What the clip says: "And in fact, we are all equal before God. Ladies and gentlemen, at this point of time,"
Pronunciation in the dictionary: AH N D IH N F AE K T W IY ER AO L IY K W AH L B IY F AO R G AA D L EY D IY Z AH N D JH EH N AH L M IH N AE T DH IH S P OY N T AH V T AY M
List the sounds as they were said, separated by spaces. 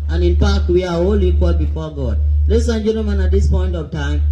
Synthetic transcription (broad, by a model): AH N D IH N P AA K W IY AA AO L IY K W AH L B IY F AO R G AA D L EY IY S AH N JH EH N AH M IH N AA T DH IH S P OY N T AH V T AY M